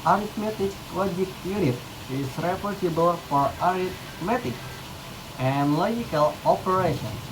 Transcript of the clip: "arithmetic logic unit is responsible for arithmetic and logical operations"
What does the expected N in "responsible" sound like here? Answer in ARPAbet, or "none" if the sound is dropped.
none